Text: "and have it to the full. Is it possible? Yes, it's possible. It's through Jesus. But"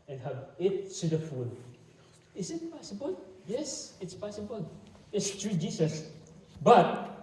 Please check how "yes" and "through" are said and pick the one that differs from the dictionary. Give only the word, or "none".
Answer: through